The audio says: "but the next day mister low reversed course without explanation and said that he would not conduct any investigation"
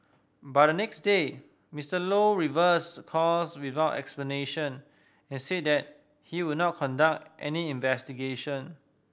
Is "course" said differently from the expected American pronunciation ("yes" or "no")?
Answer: yes